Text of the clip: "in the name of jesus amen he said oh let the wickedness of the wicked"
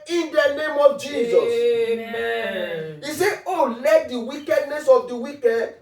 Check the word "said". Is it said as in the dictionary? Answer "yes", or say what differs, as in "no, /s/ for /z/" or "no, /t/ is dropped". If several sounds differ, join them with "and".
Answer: no, /d/ is dropped